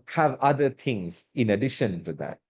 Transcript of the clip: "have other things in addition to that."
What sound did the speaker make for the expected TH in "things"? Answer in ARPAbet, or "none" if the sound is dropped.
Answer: T